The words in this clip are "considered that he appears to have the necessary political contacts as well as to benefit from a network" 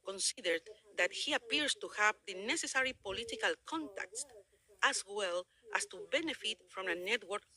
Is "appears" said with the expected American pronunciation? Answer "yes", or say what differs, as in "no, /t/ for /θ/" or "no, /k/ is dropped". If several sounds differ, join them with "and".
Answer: no, /s/ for /z/